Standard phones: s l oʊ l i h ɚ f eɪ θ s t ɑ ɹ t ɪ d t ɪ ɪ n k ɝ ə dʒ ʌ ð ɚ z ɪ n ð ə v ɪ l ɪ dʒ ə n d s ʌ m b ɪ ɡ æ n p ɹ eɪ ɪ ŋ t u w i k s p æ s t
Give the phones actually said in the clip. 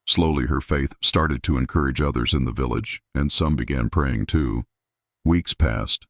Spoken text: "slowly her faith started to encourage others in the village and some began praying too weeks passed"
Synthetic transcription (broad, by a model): s l oʊ l i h ɚ f eɪ θ s t ɑ ɹ t ɪ d t ɪ ɪ n k ɝ ə dʒ ʌ ð ɚ z ɪ n ð ə v ɪ l ɪ dʒ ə n s ʌ m b ɪ ɡ æ n p ɹ eɪ ɪ ŋ t u w i k s p æ s t